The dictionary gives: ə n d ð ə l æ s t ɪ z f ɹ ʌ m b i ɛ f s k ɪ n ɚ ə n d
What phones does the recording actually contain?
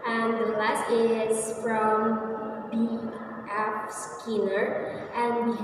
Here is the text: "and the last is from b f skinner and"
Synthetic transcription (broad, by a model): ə n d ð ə l æ s t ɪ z f ɹ ʌ m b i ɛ p s k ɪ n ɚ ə n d